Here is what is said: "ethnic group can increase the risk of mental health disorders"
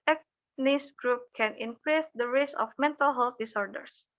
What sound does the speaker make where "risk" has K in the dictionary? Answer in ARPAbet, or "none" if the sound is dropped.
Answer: none